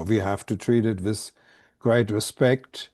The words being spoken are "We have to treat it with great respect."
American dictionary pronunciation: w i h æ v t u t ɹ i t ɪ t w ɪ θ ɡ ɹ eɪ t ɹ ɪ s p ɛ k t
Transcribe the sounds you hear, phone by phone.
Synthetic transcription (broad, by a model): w i h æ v t u t ɹ i t ɪ t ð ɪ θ ɡ ɹ eɪ t ɹ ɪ s p ɛ k t